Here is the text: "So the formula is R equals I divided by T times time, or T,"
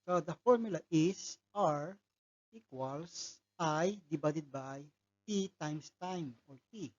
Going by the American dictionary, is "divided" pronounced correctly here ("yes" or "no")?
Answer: no